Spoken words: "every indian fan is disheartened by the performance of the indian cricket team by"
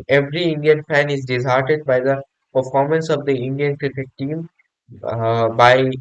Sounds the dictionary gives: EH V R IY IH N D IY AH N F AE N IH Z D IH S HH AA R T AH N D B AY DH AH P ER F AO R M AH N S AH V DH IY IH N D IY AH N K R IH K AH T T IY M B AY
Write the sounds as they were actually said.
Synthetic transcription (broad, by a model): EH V R IY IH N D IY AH N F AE N IH Z D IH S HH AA R T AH D B AY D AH P ER F AO R M AH N S AH V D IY IH N D IY AH N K R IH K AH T T IY M B AY